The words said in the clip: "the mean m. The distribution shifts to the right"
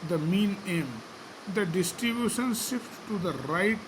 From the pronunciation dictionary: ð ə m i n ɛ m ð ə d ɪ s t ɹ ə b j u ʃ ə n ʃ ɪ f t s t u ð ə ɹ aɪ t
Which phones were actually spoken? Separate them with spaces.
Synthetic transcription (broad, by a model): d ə m i n ɛ m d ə d ɪ s t ɹ ə b j u ʃ ə n s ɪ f t t u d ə ɹ aɪ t